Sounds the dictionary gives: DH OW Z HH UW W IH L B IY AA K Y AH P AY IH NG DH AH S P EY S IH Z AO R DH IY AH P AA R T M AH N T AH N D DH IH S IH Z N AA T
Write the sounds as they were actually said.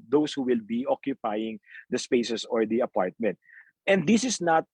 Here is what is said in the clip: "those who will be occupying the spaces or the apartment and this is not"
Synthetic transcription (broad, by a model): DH OW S HH UW W IH L B IY AA K Y AH P AY IH NG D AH S P EY S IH S AO R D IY AH P AA R T M AH N T AH N D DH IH S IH S N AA T